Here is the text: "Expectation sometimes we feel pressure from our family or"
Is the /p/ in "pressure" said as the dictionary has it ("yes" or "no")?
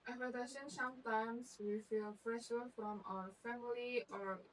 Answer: no